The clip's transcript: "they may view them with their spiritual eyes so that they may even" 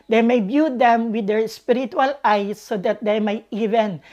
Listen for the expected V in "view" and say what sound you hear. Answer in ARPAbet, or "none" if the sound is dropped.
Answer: B